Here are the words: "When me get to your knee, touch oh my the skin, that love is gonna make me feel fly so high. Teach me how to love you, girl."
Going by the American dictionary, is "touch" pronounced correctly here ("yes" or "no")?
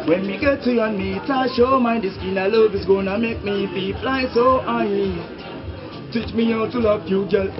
no